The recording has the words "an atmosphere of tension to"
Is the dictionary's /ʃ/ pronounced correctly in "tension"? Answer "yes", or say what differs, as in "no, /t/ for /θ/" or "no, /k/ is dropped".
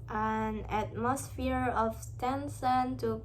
no, /s/ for /ʃ/